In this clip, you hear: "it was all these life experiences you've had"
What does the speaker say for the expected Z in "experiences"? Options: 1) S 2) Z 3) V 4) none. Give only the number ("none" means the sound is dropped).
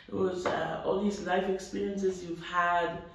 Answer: 2